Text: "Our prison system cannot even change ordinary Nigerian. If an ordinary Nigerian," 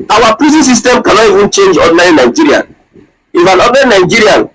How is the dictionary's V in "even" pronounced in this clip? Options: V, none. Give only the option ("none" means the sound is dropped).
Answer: V